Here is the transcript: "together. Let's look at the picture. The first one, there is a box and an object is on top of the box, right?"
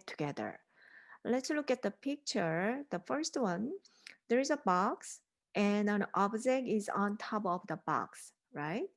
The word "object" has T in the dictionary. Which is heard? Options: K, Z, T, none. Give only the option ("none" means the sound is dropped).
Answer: none